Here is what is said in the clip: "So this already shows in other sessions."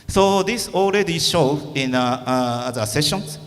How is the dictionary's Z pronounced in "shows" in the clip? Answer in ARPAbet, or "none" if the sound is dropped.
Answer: none